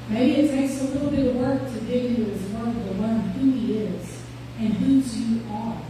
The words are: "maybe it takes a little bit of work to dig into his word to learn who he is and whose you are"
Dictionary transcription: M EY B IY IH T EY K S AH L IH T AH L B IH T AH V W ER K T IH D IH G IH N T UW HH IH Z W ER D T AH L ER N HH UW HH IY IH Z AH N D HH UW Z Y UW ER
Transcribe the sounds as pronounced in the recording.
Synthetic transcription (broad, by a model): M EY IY IH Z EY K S AH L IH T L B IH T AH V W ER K T IH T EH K IH N T UW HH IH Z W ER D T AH W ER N HH UW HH IY IH Z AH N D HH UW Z Y UW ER